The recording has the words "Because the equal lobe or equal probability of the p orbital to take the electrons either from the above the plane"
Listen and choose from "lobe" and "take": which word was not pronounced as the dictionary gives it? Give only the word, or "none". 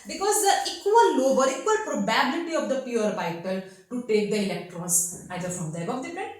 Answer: none